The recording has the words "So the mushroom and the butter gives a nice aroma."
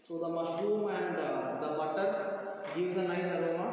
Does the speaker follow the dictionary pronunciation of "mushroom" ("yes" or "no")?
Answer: yes